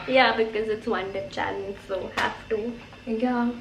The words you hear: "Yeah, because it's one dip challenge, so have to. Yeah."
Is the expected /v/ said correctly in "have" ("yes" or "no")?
no